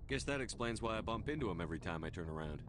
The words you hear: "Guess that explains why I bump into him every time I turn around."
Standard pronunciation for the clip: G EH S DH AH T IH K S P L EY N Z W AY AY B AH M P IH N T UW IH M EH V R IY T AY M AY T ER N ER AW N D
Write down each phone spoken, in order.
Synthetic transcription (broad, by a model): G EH S DH AH T IH K S P L EY N Z W AY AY B AH M P IH N T UW IH M EH V R IY T AY M AY T ER N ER AW N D